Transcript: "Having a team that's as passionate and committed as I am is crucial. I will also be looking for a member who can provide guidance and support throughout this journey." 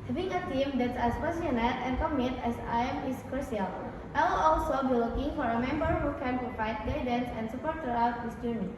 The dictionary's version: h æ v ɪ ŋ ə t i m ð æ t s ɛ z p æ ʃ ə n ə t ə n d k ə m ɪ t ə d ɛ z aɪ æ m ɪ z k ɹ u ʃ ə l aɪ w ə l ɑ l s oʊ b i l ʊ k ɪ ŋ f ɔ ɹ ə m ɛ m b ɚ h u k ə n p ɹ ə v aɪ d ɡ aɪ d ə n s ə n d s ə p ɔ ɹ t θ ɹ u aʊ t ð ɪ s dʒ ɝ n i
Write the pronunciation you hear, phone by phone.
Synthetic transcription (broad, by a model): h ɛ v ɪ ŋ ə t i m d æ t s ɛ s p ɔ s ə n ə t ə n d k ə m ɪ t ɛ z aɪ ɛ m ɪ s k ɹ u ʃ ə l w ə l ɑ l s oʊ b i l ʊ k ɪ ŋ f ɔ ɹ ə m ɛ m b ɚ h u k ə n p ɹ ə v aɪ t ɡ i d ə n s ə n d s ə p ɔ ɹ t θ ɹ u aʊ t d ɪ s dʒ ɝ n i